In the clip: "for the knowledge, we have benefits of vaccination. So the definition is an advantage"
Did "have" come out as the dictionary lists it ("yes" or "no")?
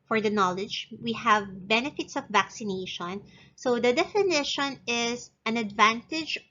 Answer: yes